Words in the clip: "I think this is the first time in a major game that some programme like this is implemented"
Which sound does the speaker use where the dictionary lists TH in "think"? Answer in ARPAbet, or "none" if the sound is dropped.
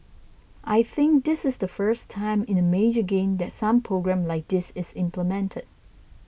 TH